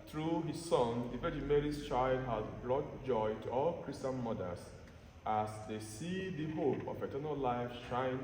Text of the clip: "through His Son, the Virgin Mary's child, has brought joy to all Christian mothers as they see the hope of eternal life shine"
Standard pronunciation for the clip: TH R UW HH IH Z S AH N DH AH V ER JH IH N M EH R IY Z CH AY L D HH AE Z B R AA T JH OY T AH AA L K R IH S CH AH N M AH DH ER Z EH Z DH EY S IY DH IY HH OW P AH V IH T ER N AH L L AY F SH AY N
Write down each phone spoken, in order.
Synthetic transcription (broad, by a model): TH R UW HH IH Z S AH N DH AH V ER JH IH M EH R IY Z CH AY L D HH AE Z B R AA T JH OY T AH AA L K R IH S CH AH N M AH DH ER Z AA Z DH EY S IY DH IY HH OW P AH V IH T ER N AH L L AY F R AY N